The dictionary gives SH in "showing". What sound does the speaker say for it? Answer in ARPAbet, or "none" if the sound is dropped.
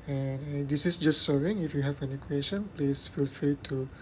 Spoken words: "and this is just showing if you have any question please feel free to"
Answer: S